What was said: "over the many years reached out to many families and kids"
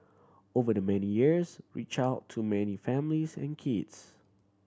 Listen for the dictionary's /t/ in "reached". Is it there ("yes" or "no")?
no